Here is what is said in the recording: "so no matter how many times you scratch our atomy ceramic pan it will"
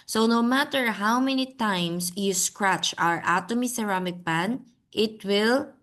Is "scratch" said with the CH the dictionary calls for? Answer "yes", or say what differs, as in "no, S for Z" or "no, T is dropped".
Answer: yes